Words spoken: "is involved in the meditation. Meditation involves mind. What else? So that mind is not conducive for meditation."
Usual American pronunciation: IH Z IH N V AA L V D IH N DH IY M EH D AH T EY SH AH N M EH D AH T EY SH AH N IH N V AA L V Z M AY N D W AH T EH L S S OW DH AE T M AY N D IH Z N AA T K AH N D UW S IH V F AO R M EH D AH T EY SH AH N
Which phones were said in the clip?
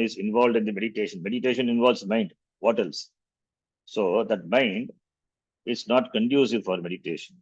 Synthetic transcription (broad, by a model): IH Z IH N V AA L V D IH N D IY M EH D AH T EY SH AH N M EH D AH T EY SH AH N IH N V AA L V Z M AY N D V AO T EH L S S OW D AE T M AY N D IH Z N AA T K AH N D UW S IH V F AO R M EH D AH T EY SH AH N